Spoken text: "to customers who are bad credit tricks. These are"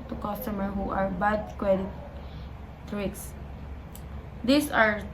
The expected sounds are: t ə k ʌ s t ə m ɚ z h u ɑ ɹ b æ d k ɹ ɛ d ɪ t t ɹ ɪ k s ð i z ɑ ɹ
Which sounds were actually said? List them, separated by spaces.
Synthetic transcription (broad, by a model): t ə k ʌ s t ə m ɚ h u ɑ ɹ b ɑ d k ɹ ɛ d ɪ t t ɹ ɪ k s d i s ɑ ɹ